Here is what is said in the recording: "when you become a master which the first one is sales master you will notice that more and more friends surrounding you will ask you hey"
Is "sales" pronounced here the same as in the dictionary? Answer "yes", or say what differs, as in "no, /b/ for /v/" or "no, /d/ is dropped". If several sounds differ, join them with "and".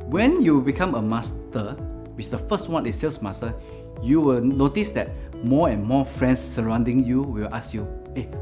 no, /s/ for /z/